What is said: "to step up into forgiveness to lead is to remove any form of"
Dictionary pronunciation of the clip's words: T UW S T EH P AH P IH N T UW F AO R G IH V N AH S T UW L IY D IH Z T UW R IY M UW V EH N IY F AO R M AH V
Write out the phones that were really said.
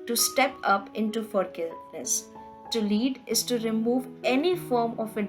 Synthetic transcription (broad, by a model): T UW S T EH P AH P IH N T UW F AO R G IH N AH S T UW L IY D IH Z T UW R IY M UW V EH N IY F AO R M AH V